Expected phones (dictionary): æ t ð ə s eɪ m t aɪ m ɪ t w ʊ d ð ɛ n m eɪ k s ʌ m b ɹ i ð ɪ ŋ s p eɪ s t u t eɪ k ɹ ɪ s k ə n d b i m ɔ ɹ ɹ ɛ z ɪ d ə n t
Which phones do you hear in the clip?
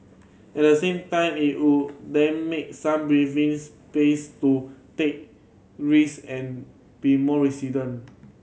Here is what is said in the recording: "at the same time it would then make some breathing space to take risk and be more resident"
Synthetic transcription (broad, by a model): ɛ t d ə s eɪ m t aɪ m ɪ t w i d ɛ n m eɪ k s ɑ m b ɹ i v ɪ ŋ s p eɪ s t u t eɪ k ɹ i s ə n b i m ɔ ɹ ɹ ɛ s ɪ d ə n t